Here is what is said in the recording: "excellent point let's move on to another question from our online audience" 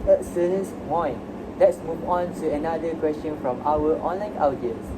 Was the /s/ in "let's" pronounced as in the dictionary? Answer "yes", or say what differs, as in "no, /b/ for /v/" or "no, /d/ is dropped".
yes